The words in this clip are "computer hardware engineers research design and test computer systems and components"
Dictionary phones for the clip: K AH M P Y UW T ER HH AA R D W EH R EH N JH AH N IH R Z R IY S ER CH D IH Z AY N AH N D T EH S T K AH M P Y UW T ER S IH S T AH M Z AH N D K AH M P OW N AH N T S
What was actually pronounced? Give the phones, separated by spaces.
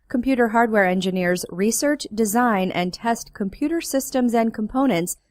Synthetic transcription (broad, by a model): K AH M P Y UW T ER HH AA R D W EH R EH N JH AH N IH R Z R IY S ER CH D IH Z AY N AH N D T EH S T K AH M P Y UW T ER S IH S T AH M Z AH N K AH M P OW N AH N T S